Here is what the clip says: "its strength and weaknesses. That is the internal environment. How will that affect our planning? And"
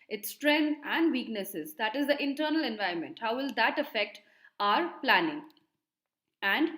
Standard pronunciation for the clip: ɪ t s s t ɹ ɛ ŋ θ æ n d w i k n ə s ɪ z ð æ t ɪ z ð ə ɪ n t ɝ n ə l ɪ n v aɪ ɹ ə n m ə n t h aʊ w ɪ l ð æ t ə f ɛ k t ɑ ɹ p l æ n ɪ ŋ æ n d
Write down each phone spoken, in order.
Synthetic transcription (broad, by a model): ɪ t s s t ɹ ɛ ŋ æ n d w i k n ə s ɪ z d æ t ɪ z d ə ɪ n t ɝ n ə l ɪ n v aɪ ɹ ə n m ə n t h aʊ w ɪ l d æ t ə f ɛ k t ɑ ɹ p l æ n ɪ ŋ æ n d